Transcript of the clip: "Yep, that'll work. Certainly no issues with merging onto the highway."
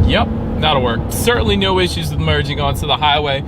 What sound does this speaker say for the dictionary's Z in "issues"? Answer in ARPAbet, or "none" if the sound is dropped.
Z